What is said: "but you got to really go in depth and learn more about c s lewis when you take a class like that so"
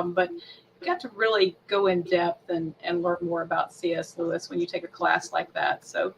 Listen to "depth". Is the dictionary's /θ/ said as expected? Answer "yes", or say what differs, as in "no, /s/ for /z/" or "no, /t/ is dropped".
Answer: yes